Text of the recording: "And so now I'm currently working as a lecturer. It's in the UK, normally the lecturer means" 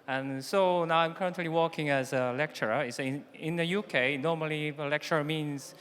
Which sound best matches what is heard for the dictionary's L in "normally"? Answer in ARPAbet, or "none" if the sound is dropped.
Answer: none